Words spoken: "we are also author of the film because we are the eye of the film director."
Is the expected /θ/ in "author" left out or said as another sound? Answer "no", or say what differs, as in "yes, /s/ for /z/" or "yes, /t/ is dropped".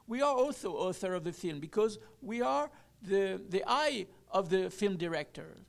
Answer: no